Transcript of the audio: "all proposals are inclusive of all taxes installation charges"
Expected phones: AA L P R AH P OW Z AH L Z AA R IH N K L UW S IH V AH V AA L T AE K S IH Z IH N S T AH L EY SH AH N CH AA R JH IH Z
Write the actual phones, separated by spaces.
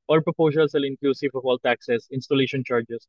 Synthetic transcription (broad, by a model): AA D P R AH P OW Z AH L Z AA L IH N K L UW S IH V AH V AA L T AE K S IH S IH N S T AH L EY SH AH N CH AA R JH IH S